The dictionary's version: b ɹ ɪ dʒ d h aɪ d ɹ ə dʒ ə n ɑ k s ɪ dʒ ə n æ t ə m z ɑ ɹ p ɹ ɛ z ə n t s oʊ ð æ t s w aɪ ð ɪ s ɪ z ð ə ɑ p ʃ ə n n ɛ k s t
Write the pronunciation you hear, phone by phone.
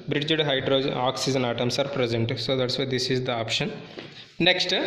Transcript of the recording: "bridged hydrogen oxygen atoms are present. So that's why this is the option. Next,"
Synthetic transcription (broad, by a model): b ɹ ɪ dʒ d h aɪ d ɹ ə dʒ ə ɑ k s ɪ dʒ ə n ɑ t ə m s ɑ ɹ p ɹ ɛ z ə n t s oʊ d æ t s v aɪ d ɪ s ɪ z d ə ɑ p ʃ ə n n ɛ k s t